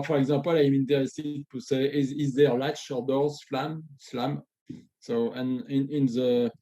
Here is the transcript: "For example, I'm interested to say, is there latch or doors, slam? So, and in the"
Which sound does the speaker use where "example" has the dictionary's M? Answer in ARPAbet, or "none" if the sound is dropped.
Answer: none